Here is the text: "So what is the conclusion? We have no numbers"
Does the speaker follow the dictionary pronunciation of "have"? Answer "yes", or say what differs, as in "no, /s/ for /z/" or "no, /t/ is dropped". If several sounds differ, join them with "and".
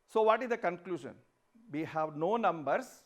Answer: yes